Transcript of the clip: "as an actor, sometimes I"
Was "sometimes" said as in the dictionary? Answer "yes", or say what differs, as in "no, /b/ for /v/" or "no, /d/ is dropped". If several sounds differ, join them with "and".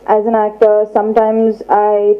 yes